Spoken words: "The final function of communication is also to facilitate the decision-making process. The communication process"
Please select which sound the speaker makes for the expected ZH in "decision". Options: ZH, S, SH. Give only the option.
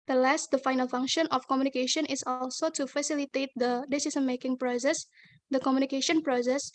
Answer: S